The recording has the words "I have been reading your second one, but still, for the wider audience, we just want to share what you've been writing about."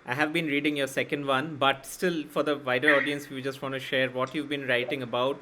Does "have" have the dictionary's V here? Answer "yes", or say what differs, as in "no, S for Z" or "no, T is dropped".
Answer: yes